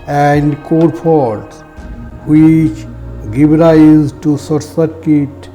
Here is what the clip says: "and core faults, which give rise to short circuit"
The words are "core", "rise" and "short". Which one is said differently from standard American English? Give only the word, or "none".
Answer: short